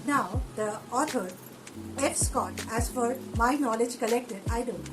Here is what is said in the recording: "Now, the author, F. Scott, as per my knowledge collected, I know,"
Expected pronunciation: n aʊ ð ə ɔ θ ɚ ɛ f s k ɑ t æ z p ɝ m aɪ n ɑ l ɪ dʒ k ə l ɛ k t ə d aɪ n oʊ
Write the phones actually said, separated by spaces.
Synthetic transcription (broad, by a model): n aʊ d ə ɔ t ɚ ɛ f s k ɑ t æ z f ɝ m aɪ n ɑ l ɪ dʒ k ə l ɛ k t ə d aɪ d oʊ